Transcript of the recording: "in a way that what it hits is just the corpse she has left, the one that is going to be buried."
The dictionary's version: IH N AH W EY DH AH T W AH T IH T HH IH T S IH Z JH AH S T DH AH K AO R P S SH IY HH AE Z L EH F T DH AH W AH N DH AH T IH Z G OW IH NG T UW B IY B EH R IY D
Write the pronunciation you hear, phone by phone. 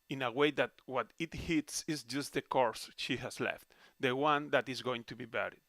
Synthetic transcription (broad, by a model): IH N AH W EY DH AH T W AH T IH T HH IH T S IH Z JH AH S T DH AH K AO R S SH IY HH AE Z L EH F T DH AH W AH N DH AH T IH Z G OW IH NG T UW B IY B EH R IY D